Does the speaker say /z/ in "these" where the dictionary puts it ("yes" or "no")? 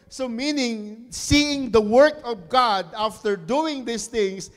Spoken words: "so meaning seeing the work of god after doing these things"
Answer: no